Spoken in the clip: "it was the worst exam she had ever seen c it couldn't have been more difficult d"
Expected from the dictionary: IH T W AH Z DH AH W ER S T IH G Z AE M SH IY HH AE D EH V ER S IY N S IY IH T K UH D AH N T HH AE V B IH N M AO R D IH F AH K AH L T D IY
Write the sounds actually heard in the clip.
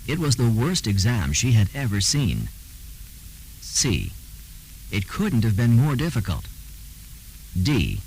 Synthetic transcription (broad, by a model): IH T W AH Z DH AH W ER S T IH G Z AE M SH IY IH D EH V ER S IY N S IY IH T K UH D N T HH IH V B IH N M AO R D IH F AH K AH L T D IY